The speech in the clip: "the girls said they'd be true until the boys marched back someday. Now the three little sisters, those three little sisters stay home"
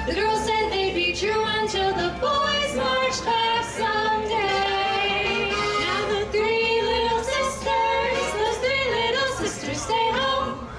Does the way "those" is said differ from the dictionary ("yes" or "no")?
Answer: yes